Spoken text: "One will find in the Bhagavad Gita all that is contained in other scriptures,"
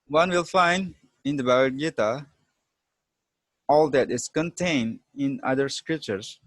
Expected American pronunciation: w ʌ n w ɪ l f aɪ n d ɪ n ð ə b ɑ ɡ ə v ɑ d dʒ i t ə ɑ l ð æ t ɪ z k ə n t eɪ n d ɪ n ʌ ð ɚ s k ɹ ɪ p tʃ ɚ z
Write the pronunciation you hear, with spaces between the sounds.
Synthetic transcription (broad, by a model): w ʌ n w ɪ l f aɪ n d ɪ n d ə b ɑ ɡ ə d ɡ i t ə ɑ l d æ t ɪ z k ə n t eɪ n d ɪ n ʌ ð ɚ s k ɹ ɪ p tʃ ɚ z